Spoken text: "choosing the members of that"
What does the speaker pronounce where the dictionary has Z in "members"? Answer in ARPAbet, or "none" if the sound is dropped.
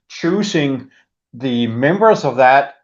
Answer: Z